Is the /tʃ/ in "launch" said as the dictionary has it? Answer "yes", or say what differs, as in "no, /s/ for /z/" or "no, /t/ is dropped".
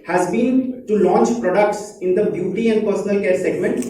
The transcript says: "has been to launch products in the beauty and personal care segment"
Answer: yes